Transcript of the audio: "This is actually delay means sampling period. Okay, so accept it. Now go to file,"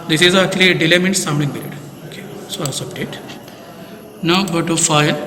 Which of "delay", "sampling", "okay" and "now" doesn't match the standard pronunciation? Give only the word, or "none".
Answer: sampling